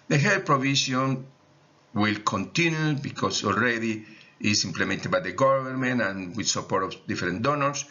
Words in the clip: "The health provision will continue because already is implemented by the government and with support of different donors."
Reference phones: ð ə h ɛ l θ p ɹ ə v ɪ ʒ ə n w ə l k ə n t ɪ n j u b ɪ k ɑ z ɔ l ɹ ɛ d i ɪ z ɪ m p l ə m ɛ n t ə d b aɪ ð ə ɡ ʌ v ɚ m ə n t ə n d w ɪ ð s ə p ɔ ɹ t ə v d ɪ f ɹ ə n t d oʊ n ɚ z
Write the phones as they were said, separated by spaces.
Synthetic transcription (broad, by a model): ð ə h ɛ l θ p ɹ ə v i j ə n w ə l k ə n t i n j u b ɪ k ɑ s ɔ l ɹ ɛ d i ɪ s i m p l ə m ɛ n t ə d b aɪ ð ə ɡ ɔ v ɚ m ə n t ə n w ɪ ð s ə p ɔ ɹ t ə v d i f ɹ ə n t d oʊ n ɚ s